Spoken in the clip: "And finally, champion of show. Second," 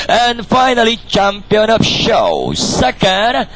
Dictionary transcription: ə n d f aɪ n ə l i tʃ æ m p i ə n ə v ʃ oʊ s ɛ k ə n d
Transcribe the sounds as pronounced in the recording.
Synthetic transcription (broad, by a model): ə n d f aɪ n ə l i tʃ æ m p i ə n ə p ʃ oʊ s ɛ k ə n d